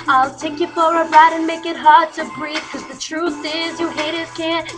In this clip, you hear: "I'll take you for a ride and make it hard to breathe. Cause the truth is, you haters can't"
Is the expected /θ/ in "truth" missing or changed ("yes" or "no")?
no